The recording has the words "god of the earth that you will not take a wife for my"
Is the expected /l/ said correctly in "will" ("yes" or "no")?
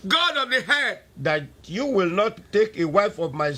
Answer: yes